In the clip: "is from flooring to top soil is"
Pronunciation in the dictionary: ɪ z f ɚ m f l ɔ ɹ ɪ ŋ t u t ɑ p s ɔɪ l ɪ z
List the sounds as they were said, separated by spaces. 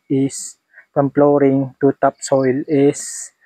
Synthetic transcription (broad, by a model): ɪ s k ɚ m p l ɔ ɹ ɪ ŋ t u t ɑ p s ɔɪ l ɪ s